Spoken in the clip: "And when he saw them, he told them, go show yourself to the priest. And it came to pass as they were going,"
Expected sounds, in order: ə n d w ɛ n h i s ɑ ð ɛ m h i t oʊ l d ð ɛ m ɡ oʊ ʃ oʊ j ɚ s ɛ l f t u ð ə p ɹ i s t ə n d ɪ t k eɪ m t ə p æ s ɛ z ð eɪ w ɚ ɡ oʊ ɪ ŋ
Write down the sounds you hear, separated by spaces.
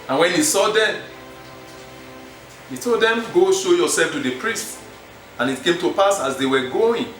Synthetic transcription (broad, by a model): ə n w ɛ n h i s ɑ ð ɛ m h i t oʊ l d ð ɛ m ɡ oʊ ʃ oʊ j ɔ s ɛ l f t u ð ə p ɹ i s t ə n ɪ t k eɪ m t ə p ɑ s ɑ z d eɪ w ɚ ɡ oʊ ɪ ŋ